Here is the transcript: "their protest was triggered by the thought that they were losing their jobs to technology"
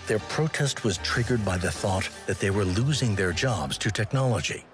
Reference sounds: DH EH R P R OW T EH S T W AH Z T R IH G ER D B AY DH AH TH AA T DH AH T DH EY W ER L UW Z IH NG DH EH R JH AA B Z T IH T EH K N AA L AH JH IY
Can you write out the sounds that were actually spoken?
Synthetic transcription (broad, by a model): DH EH R P R OW T EH S T W AH Z T R IH G ER D B AY DH AH TH AA T DH AH T DH EY W ER L UW Z IH NG DH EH R JH AA B Z T IH T EH K N AA L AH JH IY